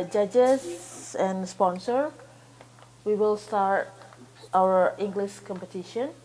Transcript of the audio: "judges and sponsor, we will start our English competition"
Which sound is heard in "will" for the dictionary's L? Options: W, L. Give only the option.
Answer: L